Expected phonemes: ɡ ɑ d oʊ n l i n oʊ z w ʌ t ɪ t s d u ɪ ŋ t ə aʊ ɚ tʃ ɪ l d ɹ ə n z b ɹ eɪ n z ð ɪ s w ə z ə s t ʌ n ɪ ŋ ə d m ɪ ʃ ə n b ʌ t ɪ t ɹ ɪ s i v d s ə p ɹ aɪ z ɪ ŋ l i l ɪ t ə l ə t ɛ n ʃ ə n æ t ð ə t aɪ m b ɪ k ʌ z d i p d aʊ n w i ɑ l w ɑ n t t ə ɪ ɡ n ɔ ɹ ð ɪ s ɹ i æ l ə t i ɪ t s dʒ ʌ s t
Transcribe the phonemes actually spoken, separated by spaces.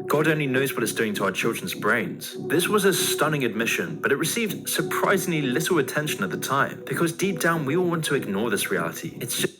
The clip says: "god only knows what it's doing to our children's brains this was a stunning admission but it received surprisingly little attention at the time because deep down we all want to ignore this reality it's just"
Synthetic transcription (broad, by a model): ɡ ɑ d oʊ n l i n oʊ z w ʌ t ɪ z d u ɪ ŋ t ə aʊ ɚ tʃ ɪ l d ɹ ə n z b ɹ eɪ n z ð ɪ s w ə z ə s t ʌ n ɪ ŋ ə d m ɪ ʃ ə n b ʌ t ɪ t ɹ ɪ s i v d s ə p ɹ aɪ z ɪ ŋ l i l ɪ t l ə t ɛ n ʃ ə n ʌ t ð ə t aɪ m b ɪ k ʌ z d i p d aʊ n w i ɑ l w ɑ n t t ə ɪ ɡ n ɔ ɹ ð ɪ s ɹ i æ l ə t i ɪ t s s